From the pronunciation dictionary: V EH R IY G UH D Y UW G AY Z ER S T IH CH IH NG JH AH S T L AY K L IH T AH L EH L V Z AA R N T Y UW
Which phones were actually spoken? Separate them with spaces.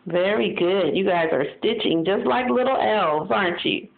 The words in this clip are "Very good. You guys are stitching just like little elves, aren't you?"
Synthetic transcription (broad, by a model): V EH R IY G UH D Y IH G AY Z ER S T IH CH IH NG JH AH S T L AY K L IH T L EH L V Z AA R N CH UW